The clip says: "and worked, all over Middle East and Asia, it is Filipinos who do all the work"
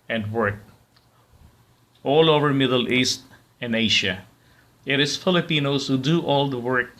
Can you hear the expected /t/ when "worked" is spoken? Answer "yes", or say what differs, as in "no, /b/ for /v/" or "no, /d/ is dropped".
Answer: no, /t/ is dropped